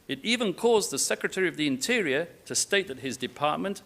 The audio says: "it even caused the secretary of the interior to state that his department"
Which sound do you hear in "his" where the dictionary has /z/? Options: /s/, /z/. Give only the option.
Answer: /z/